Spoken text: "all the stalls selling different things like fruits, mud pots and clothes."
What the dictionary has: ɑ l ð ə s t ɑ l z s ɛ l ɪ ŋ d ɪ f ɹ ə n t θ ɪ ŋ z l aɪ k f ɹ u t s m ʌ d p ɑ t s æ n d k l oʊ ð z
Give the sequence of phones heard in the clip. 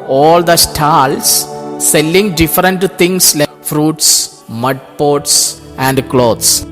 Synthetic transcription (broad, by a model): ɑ l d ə s t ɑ l s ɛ l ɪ ŋ d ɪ f ɹ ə n t t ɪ ŋ s l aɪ f ɹ u t s m ʌ d p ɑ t s æ n d k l oʊ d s